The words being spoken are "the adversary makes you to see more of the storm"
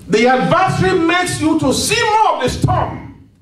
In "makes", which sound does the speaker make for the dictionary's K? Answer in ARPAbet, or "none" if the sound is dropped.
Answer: K